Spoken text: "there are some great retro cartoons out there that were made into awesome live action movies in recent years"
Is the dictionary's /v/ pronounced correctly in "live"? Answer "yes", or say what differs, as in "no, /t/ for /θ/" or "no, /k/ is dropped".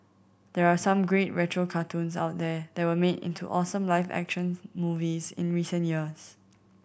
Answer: no, /f/ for /v/